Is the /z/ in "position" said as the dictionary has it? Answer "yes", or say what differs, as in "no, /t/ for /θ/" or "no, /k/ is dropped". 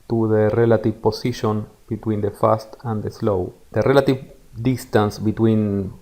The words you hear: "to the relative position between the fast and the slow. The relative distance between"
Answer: no, /s/ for /z/